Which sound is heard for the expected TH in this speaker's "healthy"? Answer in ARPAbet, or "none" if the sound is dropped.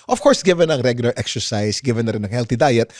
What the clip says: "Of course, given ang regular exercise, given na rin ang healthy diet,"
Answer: T